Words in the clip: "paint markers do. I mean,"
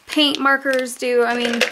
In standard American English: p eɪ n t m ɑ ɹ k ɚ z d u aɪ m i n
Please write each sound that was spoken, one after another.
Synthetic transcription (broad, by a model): p eɪ n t m ɑ ɹ k ɚ z d u aɪ m i n